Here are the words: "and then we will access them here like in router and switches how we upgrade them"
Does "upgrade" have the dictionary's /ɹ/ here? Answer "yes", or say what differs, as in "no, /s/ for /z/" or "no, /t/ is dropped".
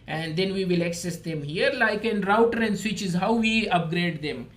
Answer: yes